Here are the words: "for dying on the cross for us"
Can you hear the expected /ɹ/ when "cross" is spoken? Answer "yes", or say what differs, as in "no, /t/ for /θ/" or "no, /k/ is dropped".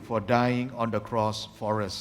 yes